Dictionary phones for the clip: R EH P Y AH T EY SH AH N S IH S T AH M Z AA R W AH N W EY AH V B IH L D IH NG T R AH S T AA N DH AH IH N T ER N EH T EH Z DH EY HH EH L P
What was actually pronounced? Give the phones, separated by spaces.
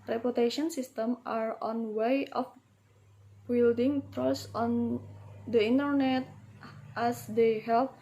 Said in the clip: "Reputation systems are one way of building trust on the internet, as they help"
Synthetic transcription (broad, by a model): R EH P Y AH T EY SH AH N S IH S T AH M AA R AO N W EY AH F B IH L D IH NG T R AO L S AA N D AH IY N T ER N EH T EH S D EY HH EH L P